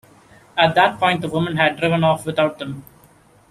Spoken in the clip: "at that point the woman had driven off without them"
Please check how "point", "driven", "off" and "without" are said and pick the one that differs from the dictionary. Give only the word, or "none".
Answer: without